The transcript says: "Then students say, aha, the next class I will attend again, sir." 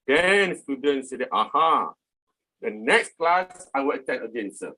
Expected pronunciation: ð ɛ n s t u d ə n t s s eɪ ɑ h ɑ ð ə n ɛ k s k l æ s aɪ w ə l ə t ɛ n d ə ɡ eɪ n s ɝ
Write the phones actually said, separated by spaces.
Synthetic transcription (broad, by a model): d ɛ n s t u d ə n s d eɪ ɑ h ɑ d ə n ɛ k s k l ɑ s aɪ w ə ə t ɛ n ə ɡ eɪ n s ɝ